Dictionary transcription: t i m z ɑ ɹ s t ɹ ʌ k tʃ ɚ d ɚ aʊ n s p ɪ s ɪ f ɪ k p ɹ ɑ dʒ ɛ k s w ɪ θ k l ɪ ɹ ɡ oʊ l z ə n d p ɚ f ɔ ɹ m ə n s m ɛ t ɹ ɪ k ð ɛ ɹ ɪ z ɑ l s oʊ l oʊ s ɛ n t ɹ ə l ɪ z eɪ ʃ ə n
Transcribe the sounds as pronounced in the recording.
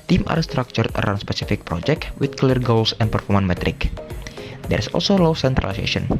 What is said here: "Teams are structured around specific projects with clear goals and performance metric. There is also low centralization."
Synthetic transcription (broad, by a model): t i m ɑ ɹ s t ɹ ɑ k tʃ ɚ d ɚ aʊ n s p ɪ s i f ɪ k p ɹ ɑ dʒ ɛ k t w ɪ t k l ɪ ɹ ɡ oʊ l s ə n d p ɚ f ɔ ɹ m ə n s m ɛ t ɹ ɪ k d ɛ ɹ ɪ s ɑ l s oʊ l oʊ s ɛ n t ɹ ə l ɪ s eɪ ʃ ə n